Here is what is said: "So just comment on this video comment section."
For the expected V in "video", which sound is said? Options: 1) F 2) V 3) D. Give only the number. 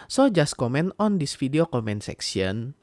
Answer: 1